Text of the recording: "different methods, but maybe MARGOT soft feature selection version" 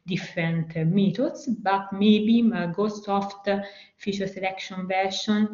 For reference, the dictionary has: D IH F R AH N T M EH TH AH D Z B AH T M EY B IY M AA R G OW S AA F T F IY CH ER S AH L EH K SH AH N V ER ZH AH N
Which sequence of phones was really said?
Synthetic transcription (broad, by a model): D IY F R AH N T M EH T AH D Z B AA T M EY B IY M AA G OW S AA F T F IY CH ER S AH L EH K SH AH N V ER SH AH N